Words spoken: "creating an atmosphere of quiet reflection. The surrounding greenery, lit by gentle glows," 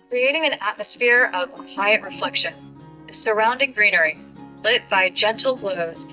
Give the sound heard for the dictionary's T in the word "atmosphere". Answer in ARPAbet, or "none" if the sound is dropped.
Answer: T